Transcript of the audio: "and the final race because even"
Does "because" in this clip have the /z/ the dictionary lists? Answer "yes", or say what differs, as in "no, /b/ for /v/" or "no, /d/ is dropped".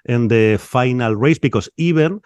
no, /s/ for /z/